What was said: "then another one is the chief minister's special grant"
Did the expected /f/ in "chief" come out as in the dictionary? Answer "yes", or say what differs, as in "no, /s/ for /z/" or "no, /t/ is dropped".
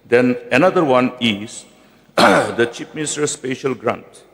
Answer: no, /p/ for /f/